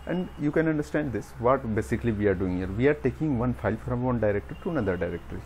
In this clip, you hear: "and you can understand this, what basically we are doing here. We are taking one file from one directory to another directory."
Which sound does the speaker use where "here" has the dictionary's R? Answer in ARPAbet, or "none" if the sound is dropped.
R